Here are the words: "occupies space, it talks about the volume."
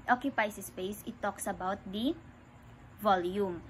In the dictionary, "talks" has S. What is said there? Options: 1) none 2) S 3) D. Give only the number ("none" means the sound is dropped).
2